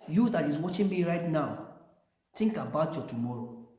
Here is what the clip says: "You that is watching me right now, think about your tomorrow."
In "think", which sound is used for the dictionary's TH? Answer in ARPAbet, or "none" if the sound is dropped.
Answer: T